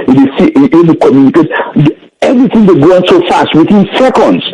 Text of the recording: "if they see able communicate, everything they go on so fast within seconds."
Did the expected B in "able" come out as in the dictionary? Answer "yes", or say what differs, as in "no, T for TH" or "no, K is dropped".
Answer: no, B is dropped